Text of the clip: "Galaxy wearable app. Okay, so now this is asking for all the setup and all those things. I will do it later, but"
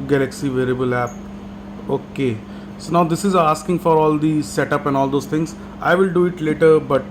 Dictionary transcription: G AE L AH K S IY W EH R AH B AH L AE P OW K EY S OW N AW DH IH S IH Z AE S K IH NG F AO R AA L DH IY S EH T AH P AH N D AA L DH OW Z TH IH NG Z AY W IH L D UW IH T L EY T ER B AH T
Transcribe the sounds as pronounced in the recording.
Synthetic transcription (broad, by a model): G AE L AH K S IY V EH R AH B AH L AE P OW K EY S OW N AW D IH S IH Z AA S K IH NG F AO R AA L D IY S EH T AH P AH N D AA L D OW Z T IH NG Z AY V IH L D UW IH T L EY T ER B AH T